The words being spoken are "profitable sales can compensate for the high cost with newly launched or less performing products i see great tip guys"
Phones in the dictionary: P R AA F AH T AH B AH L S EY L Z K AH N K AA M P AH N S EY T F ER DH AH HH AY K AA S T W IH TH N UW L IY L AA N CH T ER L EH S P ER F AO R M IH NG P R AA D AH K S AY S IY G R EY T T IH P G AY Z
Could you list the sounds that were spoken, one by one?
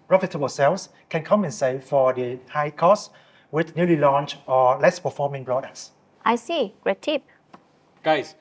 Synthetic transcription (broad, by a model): P R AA F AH T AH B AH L S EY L S K AH N K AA M AH N S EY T F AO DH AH HH AY K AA S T W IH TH N UW L IY L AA N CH AO L EH S P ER F AO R M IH NG B R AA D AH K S AY S IY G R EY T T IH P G AY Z